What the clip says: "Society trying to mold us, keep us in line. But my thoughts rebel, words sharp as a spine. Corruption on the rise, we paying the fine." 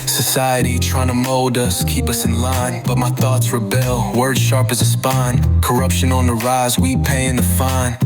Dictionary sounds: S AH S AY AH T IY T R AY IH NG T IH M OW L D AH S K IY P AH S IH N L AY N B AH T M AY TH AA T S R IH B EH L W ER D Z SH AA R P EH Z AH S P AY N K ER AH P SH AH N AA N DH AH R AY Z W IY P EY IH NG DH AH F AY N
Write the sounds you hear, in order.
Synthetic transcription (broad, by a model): S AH S AY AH T IY T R AY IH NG T IH M OW L D AH S K IY P AH S IH N L AY N B AH T M AY TH AA T S R IH B EH L W ER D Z SH AA R P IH Z AH S P AY N K ER AH P SH AH N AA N DH AH R AY Z W IY P EY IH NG DH AH F AY N